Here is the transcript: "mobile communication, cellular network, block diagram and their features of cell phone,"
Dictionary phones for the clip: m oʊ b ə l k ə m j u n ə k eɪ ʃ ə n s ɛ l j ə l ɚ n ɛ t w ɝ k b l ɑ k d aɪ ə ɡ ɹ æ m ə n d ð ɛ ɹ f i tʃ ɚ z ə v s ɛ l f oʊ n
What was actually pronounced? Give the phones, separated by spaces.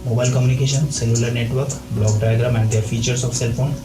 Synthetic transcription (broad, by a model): m oʊ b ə l k ə m j u n ə k eɪ ʃ ə n s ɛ l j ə l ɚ n ɛ t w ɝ k b l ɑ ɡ d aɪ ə ɡ ɹ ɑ m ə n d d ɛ ɹ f i tʃ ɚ s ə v s ɛ l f oʊ n